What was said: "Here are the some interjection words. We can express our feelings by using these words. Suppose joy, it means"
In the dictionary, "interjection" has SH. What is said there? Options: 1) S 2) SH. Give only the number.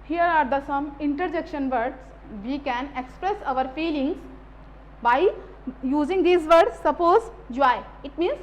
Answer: 2